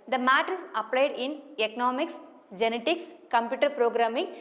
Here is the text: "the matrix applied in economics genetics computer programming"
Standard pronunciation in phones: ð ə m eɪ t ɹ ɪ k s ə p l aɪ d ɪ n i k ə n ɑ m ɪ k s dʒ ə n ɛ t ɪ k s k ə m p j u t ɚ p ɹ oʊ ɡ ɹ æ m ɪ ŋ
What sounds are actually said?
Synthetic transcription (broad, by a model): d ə m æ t ɪ s ə p l aɪ d ɪ n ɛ k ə n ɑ m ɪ k s dʒ ə n ɛ t ɪ k s k ə m p j u t ɚ p ɹ oʊ ɡ ɹ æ m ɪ ŋ